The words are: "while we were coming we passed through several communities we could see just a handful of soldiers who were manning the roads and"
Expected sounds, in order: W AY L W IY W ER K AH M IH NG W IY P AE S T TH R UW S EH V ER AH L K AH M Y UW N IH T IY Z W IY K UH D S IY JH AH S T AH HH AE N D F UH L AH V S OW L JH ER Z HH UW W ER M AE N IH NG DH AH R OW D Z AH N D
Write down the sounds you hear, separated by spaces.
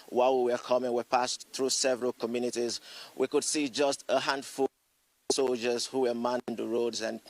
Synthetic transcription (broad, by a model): W AY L W IY W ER K AH M IH NG W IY P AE S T TH R UW S EH V ER AH L K AH M Y UW N IH T IY Z W IY K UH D S IY JH AH S T AH HH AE N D F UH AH S OW L JH ER Z HH UW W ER M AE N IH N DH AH R OW D Z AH N